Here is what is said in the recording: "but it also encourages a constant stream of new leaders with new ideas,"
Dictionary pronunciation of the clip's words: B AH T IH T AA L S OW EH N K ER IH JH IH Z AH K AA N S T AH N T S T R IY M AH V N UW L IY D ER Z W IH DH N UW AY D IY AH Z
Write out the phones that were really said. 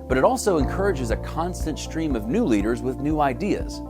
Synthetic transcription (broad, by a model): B AH T IH T AA L S OW EH N K ER IH JH IH Z AH K AA N S T AH N T S T R IY M AH V N UW L IY D ER Z W IH DH N UW AY D IY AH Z